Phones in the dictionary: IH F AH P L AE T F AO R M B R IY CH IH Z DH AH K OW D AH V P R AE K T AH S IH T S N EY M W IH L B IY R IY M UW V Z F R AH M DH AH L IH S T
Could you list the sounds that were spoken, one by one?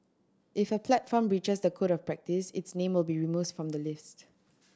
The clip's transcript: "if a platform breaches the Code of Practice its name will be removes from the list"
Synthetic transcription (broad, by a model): IH F AH P L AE T F AO M R IY CH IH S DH AH K OW D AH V P R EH K T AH S IH T S N EY M W IH L B IY R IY M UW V F R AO M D AH L IH S T